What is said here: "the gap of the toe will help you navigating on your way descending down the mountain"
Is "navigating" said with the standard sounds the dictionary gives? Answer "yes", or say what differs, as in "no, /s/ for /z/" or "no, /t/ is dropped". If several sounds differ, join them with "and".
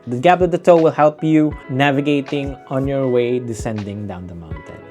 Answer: yes